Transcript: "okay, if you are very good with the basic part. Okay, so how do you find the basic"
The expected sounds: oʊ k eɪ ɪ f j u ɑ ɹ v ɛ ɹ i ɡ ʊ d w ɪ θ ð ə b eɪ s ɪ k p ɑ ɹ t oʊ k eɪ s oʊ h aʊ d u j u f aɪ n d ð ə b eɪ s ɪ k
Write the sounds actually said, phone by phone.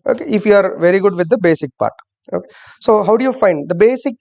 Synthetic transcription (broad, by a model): oʊ k eɪ ɪ f j u ɑ ɹ v ɛ ɹ i ɡ ʊ d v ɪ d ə b eɪ s ɪ k p ɑ ɹ t oʊ k eɪ s oʊ h aʊ d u j u f aɪ n d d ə b eɪ s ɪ k